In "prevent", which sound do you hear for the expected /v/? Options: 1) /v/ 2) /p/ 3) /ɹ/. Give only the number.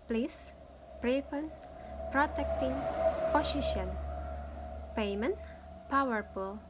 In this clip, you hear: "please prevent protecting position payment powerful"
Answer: 2